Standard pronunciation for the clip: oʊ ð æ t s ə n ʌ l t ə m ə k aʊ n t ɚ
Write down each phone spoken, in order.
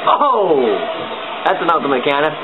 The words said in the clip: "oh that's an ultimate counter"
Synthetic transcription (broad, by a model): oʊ ð æ t s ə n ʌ t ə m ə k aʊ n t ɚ